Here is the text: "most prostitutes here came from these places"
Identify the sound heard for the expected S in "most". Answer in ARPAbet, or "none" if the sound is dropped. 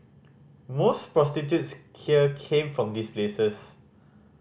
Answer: S